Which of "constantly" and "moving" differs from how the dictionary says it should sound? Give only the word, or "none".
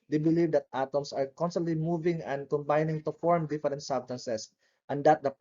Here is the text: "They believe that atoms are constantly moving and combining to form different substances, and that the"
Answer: none